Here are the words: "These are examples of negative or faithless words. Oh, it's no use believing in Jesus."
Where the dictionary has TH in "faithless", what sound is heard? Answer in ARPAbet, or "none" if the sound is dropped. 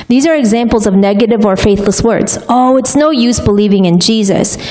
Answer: TH